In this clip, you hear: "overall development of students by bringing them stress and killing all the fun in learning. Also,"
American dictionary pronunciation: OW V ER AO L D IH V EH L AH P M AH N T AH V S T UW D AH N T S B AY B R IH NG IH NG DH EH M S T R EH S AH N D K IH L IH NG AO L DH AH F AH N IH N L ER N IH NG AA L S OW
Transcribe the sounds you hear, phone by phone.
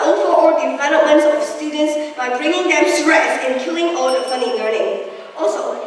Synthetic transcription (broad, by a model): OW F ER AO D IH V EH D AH M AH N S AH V S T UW D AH N T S B AY B R IH NG IH NG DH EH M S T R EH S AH N K IH L IH NG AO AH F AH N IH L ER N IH NG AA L S OW